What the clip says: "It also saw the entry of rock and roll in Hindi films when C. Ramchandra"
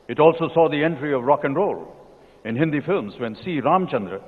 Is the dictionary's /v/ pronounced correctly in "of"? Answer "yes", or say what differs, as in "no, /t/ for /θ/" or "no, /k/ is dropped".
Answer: yes